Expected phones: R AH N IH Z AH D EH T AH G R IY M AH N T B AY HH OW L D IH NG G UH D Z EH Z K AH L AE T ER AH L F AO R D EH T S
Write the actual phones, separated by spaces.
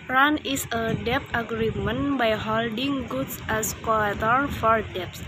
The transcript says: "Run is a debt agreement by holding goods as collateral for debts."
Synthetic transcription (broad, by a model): R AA N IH S AH D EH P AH G R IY M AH N B AY HH OW L D IH NG G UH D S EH S K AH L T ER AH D F AO R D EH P S